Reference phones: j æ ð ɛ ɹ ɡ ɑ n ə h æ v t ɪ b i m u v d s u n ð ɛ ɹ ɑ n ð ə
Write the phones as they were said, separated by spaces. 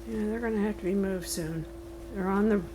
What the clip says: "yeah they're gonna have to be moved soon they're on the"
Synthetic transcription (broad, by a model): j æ ð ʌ ɹ ɡ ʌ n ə h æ f t ɪ b i m u v d s u n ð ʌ ɹ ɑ n ð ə